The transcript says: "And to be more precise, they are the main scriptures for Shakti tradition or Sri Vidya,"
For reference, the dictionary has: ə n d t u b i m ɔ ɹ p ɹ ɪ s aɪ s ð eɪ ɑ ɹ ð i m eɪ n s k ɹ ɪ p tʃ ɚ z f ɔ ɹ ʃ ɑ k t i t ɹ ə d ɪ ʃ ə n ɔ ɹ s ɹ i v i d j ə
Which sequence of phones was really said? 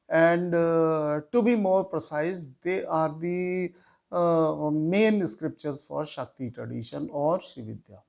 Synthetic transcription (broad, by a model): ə n d t u b i m ɔ ɹ p ɹ ɪ s aɪ s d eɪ ɑ ɹ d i m eɪ n s k ɹ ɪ p tʃ ɚ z f ɔ ɹ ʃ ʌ k t i t ɹ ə d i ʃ ə n ɔ ɹ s i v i d j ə